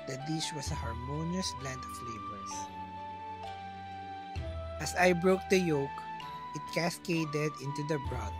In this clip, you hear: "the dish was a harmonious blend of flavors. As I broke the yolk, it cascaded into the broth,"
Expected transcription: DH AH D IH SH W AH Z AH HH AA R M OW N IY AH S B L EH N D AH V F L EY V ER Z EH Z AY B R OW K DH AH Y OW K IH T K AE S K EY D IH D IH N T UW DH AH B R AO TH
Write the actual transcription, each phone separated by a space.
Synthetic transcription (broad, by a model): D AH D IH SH W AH S AH HH AA R M OW N IY AH S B L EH N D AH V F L EY B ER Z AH S AY B R OW K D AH Y OW K IH T K AE S K EY D IH D IH N T UW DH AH B R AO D